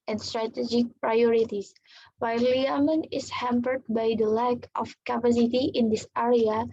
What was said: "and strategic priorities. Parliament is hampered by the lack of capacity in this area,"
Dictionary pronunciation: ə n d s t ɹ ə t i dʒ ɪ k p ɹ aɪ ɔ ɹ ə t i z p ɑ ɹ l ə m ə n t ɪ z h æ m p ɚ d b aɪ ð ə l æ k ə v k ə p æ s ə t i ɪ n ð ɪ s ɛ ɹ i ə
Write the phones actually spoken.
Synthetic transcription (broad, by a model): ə n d s t ɹ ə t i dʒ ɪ k p ɹ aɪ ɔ ɹ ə t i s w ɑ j l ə m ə n ɪ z h æ m p ɚ d b aɪ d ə l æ k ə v k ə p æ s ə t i ɪ n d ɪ s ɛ ɹ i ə